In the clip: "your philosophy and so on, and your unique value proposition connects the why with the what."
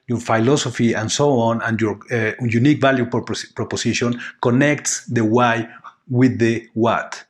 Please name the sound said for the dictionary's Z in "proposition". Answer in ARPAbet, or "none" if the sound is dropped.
S